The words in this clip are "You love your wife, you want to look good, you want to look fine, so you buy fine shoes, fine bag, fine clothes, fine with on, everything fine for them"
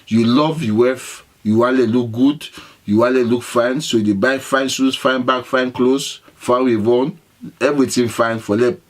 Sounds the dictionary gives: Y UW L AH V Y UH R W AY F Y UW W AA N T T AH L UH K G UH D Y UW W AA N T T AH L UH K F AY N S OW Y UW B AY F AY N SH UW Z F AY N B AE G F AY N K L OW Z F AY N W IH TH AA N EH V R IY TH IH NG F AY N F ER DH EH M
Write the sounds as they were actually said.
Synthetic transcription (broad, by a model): Y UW L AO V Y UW W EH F Y UW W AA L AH L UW K G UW D Y UW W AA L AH L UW K F AY N S OW Y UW B AY F AY N S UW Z F AY N B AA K F AY N K L OW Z F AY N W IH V AA N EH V R IY T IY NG F AY N F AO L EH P